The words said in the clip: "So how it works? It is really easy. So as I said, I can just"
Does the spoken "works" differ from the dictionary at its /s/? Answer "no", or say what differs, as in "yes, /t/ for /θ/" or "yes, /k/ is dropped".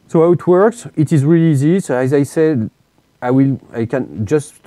no